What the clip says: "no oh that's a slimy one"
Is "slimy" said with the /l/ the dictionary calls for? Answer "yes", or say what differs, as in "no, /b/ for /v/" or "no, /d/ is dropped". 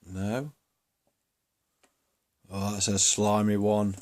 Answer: yes